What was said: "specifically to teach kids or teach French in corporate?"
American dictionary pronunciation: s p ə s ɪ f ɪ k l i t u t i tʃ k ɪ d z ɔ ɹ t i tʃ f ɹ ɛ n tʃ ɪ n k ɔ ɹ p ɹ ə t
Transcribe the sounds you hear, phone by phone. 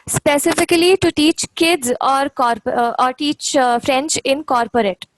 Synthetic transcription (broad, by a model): s p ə s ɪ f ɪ k l i t u t i tʃ k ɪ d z ɔ ɹ t i tʃ f ɹ ɛ n tʃ ɪ n k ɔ ɹ p ɹ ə t